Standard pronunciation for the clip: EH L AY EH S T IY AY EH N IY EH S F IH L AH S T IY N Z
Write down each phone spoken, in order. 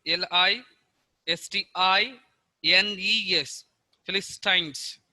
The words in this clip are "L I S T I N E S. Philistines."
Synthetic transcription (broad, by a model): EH L AY EH S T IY AY EH N IY EH S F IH L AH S T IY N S